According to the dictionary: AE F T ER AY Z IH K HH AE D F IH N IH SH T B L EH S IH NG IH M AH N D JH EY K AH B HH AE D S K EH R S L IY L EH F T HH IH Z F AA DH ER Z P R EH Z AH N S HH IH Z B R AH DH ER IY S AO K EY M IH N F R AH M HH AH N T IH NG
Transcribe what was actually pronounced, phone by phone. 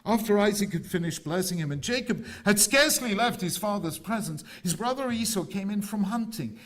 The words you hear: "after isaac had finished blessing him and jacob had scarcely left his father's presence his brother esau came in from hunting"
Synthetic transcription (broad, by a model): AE F T ER AY Z IH K HH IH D F IH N IH SH B L EH S IH NG IH M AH N JH EY K AH B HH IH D S K EH R S L IY L EH F T HH IH Z F AA DH ER Z P R EH Z AH N S HH IH Z B R AH DH ER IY S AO K EY M IH N F R AH M HH AH N T IH NG